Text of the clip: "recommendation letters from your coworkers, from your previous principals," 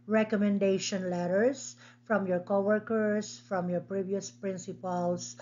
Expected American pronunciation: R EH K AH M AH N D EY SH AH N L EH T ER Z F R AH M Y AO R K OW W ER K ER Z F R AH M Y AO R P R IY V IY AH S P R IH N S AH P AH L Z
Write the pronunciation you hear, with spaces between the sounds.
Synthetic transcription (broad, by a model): R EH K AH M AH N D EY SH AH N L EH T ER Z F R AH M Y AO R K OW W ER K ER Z F R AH M Y AO R P R IY V IY AH S P R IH N S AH P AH L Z